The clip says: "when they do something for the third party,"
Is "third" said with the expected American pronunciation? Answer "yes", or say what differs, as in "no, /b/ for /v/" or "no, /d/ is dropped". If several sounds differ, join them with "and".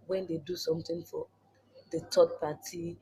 no, /t/ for /θ/